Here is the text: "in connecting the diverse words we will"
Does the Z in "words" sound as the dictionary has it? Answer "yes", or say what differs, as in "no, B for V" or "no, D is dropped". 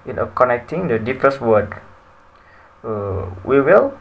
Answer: no, Z is dropped